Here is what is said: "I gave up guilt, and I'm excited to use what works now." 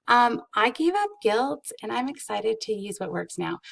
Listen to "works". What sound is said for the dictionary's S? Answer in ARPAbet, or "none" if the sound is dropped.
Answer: S